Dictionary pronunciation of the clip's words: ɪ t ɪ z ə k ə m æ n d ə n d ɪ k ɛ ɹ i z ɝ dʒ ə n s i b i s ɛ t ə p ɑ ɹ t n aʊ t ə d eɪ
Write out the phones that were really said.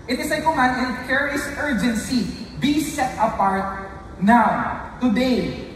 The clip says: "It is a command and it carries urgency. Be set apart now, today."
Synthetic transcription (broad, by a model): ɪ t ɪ s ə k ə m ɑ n ə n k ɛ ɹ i s ɝ dʒ ə n s i b i s ɛ t ə p ɑ ɹ t n aʊ t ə d eɪ